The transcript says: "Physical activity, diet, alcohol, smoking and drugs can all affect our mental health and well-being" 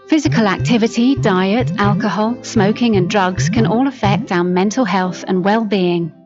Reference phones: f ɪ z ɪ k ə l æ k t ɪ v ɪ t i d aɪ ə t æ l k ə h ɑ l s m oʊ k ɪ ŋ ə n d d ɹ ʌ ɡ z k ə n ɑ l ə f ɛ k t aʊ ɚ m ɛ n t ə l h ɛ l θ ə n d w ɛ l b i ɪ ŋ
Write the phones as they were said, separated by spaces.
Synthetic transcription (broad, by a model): f ɪ z ɪ k ə l æ k t ɪ v ɪ t i d aɪ ə t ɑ l k ə h ɑ l s m oʊ k ɪ ŋ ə n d d ɹ ʌ ɡ z k ə n ɑ l ə f ɛ k t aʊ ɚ m ɛ n t ə l h ɛ l θ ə n w ɛ l b i ɪ ŋ